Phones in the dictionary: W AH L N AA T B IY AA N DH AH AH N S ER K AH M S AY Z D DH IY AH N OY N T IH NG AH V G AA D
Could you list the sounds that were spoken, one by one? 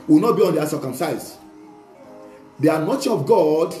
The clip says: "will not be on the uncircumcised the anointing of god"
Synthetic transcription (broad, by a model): W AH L N AA T B IY AA N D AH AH S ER K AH M S AY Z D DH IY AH N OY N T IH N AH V G AA D